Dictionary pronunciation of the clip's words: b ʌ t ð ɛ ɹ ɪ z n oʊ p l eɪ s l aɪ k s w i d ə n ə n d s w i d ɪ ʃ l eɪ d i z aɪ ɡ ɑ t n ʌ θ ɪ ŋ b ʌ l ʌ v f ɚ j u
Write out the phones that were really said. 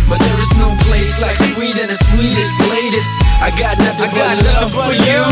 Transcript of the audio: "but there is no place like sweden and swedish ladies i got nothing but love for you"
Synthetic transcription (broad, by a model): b ʌ t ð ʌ ɹ ɪ z n oʊ p l eɪ s l aɪ k s w i d ə n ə s w i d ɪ s l eɪ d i s aɪ ɡ ɑ t n ʌ θ ɪ ŋ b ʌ n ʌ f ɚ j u